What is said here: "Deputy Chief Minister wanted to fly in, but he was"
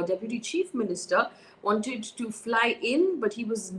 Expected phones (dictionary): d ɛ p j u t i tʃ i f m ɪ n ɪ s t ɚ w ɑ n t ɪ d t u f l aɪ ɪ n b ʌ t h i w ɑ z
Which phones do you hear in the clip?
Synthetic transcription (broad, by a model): d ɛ p j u t i tʃ i f m ɪ n ɪ s t ɚ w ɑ n t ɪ d t u f l aɪ ɪ n b ʌ t h i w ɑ z